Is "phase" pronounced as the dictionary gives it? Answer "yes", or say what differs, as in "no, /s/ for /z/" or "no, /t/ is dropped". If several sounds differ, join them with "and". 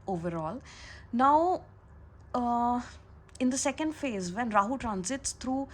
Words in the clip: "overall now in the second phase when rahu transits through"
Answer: yes